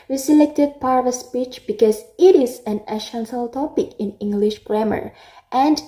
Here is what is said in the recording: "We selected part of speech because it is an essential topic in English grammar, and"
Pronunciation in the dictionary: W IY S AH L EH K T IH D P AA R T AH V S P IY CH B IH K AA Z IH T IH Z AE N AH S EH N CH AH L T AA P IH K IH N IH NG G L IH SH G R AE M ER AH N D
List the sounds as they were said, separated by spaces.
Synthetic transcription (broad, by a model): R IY S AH L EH K T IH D P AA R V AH S P IY CH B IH K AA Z IH T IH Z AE N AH SH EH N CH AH L T AA P IH K IH N IH NG G L IH SH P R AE M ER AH N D